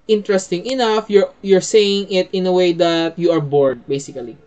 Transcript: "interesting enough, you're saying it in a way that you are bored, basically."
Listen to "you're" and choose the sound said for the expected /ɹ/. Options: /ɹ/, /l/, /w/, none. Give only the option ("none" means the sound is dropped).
/ɹ/